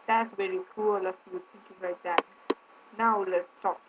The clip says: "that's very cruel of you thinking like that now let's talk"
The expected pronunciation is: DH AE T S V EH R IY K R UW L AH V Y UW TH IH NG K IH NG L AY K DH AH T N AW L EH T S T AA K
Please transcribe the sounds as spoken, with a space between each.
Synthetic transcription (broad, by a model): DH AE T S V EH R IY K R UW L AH F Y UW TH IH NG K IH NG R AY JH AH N N AW L EH T S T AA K